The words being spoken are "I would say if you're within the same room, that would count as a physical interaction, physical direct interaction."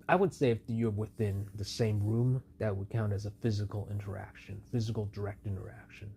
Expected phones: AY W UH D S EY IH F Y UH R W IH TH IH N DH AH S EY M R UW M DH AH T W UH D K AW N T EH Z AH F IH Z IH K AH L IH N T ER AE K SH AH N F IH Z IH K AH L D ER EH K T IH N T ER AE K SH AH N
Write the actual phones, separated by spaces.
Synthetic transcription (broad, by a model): AY W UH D S EY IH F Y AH R W IH TH IH N DH AH S EY M R UW M DH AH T W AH D K AW N T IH Z AH F IH Z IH K L IH N T ER AE K SH AH N F IH Z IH K L D ER EH K T IH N T ER AE K SH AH N